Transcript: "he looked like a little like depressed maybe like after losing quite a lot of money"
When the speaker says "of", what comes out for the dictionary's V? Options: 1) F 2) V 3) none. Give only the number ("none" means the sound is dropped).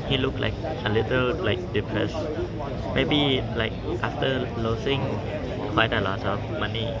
1